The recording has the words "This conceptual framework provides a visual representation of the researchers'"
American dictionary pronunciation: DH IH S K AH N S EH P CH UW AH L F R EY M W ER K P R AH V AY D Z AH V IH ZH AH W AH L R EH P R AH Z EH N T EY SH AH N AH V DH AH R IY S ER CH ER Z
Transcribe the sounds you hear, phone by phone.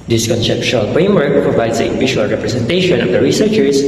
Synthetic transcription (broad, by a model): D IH S K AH N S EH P SH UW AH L F R EY M W ER K P R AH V AY D S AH P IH SH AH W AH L R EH P R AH S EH N T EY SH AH N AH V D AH R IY S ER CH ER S